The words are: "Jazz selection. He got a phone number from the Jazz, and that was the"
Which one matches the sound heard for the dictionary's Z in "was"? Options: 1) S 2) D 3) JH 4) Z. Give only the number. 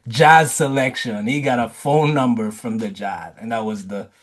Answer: 4